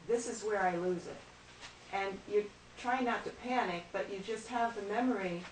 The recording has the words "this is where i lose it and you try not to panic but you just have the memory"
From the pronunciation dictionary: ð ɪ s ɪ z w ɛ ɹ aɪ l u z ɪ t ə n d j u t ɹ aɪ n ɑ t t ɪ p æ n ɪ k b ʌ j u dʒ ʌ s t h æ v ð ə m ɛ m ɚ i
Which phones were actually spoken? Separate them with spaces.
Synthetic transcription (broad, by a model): ð ɪ s ɪ z w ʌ ɹ aɪ l u z ɪ t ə n j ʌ t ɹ aɪ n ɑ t t ɪ p æ n ɪ k b ʌ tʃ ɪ dʒ ʌ s t h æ v ð ə m ɛ m ɚ i